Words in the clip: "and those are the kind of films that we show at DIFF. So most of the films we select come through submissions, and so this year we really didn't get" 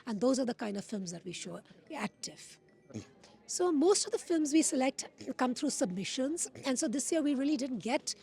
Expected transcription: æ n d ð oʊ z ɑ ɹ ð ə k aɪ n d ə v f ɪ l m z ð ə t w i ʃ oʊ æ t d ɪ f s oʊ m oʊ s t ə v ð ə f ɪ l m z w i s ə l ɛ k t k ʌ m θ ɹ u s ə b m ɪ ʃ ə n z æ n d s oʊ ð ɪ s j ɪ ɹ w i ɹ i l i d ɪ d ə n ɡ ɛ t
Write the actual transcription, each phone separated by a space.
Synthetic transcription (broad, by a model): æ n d oʊ z ɑ ɹ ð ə k aɪ n d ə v f ɪ l m z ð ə t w i ʃ oʊ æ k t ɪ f s oʊ m oʊ s t ə v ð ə f ɪ l m z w i s ə l ɛ k t k ʌ m t ɹ u s ə b m ɪ ʃ ə n z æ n s oʊ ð ɪ s j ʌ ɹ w i ɹ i l i d ɪ d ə n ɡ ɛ t